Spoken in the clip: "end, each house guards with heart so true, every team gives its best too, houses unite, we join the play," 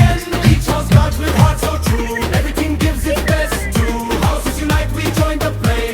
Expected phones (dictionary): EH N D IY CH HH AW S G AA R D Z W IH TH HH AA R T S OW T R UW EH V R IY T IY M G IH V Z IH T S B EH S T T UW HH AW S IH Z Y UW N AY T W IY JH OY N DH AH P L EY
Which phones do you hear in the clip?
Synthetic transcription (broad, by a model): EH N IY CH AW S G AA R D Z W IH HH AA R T S OW T R UW EH V R IY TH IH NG G IH V Z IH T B EH S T T UW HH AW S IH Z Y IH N AY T W IY JH OY N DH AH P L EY